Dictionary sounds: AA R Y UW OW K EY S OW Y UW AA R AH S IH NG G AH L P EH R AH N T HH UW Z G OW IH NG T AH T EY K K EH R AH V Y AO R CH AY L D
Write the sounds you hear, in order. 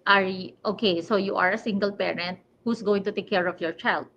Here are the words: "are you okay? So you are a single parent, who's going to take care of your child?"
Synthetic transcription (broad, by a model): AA R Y OW K EY S OW Y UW AA R AH S IH NG G AH L P EH R AH N T HH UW S G OW IH NG T AH T EY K K EH R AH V Y AO R CH AY L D